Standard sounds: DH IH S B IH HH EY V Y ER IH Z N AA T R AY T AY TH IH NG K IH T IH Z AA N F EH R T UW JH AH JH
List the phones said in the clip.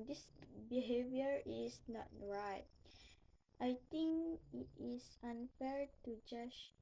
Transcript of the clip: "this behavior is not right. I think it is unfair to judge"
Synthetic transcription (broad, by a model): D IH S B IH HH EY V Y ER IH S N AA T R AY T AY T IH NG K IH T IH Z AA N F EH R T UW JH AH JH